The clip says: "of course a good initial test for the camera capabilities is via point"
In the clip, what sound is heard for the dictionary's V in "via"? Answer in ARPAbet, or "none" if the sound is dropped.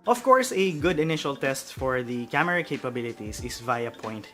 V